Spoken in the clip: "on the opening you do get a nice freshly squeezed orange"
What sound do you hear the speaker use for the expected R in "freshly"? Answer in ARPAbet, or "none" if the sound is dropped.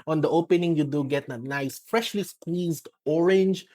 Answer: R